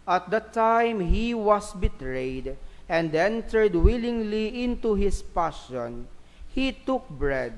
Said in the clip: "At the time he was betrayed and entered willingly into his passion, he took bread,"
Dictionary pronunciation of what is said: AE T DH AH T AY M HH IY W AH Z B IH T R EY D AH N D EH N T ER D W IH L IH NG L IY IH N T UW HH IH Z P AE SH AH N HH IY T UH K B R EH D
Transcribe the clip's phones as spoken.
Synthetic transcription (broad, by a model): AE T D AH T AY M HH IY W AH S B IH T R EY D AH N D EH N T ER D W IH L IH NG L IY IH N T UW HH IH S P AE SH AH N HH IY T UH K B R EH D